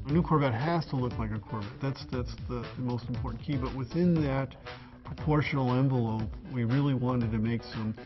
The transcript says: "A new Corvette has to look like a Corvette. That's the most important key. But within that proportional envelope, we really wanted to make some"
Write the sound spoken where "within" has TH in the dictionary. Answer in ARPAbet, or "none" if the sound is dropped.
TH